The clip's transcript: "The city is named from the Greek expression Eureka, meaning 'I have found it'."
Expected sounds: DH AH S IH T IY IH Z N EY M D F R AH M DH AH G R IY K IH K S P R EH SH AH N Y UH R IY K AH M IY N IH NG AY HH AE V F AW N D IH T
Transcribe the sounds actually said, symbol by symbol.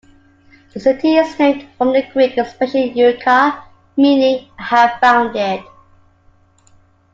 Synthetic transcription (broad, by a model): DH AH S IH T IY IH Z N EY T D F R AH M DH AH G R IY K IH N S P EH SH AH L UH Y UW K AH M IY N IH HH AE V F AW N D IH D